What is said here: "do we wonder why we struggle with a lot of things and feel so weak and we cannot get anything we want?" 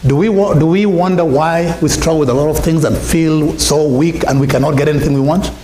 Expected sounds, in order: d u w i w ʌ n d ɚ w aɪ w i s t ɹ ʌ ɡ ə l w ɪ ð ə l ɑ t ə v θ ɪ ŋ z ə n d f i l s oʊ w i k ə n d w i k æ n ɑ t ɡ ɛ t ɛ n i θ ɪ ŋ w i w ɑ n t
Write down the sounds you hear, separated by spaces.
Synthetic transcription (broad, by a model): d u w i w ʌ n d ɚ w aɪ w i s t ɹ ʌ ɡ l w ɪ ð ə l ɑ t ə v θ ɪ ŋ z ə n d f i l s oʊ w i k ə n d w i k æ n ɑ t ɡ ɛ t ɛ n i θ ɪ ŋ w i w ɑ n t